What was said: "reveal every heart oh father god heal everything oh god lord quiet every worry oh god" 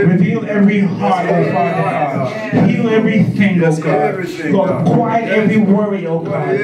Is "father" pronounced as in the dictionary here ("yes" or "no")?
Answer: no